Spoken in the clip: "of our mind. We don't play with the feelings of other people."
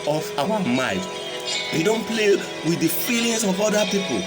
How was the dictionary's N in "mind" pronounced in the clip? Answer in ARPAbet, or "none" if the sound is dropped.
none